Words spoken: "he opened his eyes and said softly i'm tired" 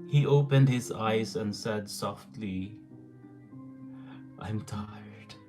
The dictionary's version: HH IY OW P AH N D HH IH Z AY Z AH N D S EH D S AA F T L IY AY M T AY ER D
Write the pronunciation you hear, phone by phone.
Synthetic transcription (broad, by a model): HH IY OW P AH N D HH IH Z AY Z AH N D S EH D S AA F T L IY AY M T AY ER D